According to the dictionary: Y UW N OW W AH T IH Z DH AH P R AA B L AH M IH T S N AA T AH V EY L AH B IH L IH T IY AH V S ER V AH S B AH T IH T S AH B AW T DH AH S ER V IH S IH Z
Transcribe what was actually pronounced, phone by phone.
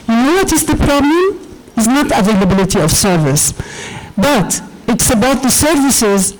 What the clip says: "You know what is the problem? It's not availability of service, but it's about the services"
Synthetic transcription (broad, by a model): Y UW N OW W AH T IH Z DH AH P R AA B L AH M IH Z N AA T AH V EY L AH B IH L IH T IY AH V S ER V AH S B AH T IH T S AH B AW T DH AH S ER V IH S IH Z